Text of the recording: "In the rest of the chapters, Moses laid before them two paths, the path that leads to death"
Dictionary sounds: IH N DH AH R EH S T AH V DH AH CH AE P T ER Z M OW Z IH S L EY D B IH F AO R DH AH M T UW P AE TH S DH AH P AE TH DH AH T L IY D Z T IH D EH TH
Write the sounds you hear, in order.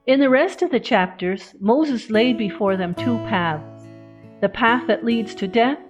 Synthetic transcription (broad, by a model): IH N DH AH R EH S T AH V DH AH CH AE P T ER Z M OW Z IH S L EY D B IH F AO R DH AH M T UW P AE TH S DH AH P AE TH DH AH T L IY D Z T IH D EH TH